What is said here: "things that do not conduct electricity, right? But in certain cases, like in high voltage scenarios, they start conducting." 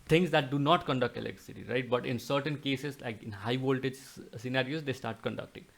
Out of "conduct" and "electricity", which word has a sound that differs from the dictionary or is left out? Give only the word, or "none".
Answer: electricity